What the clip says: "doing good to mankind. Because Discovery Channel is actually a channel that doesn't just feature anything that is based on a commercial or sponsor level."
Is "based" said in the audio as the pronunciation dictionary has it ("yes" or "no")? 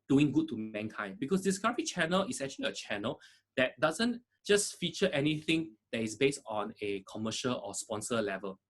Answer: yes